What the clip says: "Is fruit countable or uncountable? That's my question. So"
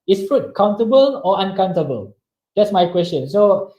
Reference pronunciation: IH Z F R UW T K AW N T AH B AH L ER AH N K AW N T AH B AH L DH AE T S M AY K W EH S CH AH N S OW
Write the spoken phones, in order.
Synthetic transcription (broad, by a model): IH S F R UW T K AW N T AH B AH L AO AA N K AW N T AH B AH L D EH T S M AY K W EH S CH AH N S OW